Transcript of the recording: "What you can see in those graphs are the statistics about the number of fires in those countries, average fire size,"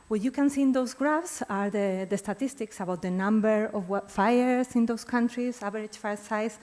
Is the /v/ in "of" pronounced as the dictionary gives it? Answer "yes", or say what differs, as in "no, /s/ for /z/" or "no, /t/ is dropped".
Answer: no, /w/ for /v/